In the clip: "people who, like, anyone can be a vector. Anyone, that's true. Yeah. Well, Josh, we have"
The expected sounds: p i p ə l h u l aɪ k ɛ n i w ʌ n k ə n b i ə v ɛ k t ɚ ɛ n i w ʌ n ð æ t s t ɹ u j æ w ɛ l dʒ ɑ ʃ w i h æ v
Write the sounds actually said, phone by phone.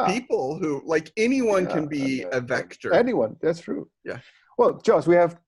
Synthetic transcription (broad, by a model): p i p l h u l aɪ k ɛ n i w ʌ n k ə n b i ə v ɛ k t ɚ ɛ n i w ʌ n ð æ t s t ɹ u j æ w ɛ l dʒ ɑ s w i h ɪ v